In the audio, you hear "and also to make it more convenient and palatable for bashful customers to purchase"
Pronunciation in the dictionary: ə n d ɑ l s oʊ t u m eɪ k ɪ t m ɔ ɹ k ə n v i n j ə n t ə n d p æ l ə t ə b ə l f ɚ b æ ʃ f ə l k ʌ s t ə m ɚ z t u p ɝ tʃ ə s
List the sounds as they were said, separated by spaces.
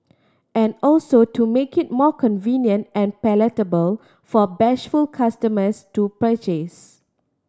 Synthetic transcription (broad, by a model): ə n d ɑ l s oʊ t u m eɪ k ɪ t m ɔ k ə n v i n j ə n t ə n p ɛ l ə t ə b ə l f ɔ b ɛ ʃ f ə l k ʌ s t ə m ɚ s t u p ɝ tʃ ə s